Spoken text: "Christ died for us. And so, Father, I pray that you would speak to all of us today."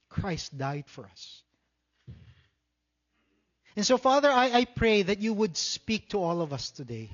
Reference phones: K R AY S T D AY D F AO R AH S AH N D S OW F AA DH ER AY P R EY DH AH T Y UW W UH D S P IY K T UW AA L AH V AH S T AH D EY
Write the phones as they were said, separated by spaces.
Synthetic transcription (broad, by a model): K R AY S T D AY D F AO R AH S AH N S OW F AA DH ER AY P R EY DH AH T Y UW W UH D S P IY K T UW AA L AH V AH S T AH D EY